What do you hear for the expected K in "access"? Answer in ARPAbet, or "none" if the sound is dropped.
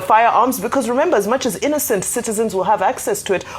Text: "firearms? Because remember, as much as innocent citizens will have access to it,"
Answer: K